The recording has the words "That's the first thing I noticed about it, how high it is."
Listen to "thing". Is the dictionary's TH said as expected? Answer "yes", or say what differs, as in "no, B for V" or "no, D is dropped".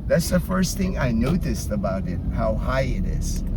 yes